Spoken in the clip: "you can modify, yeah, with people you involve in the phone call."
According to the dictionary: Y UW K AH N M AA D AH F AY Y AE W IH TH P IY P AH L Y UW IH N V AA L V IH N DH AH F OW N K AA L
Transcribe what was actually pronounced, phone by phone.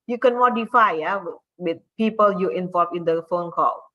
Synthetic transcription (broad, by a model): Y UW K AH N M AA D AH F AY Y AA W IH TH P IY P AH L Y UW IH N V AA L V IH N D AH F OW N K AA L